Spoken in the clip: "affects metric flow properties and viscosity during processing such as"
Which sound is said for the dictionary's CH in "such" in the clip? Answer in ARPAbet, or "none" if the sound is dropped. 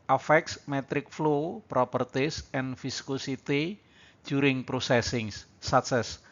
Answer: S